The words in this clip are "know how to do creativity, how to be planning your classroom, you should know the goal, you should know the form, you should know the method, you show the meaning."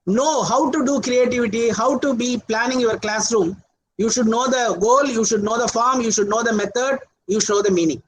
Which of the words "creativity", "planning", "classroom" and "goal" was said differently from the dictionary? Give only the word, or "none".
none